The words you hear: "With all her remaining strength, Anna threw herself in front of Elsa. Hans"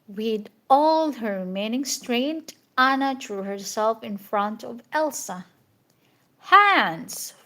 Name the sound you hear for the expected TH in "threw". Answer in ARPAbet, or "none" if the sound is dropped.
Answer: T